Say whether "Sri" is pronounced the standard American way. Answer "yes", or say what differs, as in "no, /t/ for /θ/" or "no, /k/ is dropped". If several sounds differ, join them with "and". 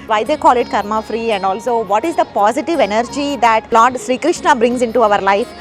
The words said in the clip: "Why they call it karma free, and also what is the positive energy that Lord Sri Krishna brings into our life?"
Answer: yes